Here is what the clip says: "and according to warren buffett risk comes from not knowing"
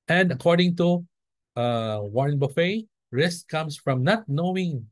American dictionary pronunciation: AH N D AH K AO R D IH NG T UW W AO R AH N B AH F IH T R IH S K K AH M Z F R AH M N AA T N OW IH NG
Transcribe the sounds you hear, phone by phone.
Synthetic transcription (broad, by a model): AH N D AH K AO R D IH NG T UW W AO R N B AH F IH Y R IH S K K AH M S F R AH M N AA T N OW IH NG